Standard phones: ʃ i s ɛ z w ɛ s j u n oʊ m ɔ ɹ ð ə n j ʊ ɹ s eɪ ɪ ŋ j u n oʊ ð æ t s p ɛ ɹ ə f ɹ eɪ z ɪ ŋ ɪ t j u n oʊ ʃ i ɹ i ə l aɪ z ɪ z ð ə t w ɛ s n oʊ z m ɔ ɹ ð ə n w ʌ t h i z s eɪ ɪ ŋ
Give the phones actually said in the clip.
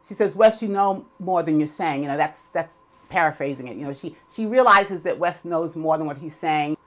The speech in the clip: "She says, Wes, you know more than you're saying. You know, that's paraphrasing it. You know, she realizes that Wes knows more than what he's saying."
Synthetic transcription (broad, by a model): ʃ i s ɛ z w ɛ s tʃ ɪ n oʊ m ɔ ɹ ð ə n j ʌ ɹ s eɪ ɪ ŋ j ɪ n oʊ ð æ t s p ɛ ɹ ə f ɹ eɪ z ɪ ŋ ɪ t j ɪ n oʊ ʃ i ɹ i ə l aɪ z ɪ z ð ə t w ɛ s n oʊ z m ɔ ɹ ð ə n w ʌ t h i z s eɪ ɪ ŋ